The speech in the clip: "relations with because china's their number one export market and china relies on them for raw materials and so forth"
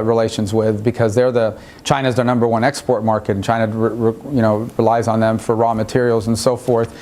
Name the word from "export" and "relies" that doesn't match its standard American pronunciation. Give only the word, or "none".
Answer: none